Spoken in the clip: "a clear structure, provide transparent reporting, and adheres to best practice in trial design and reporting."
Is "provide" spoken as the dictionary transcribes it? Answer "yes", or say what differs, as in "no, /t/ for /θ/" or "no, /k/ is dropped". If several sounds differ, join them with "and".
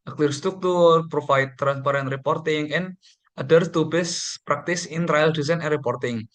no, /f/ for /v/